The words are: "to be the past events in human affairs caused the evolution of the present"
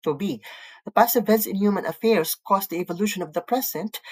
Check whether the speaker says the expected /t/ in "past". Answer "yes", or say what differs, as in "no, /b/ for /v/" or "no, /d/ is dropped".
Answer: no, /t/ is dropped